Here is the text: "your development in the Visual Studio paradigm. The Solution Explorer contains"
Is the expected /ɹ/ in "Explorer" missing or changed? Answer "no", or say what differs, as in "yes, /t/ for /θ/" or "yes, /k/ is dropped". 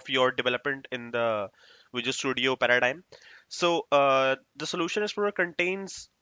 yes, /ɹ/ is dropped